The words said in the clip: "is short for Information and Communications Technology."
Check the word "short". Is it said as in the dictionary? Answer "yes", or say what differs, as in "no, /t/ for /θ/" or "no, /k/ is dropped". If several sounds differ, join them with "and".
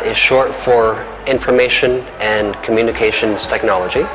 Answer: yes